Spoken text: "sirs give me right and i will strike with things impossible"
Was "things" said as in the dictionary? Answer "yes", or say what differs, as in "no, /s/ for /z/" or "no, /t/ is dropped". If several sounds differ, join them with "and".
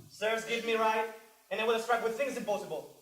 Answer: yes